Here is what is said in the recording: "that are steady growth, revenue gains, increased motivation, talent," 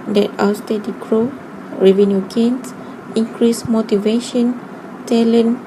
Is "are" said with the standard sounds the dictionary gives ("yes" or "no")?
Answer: no